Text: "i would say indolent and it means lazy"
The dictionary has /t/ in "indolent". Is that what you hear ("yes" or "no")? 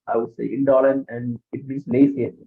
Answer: no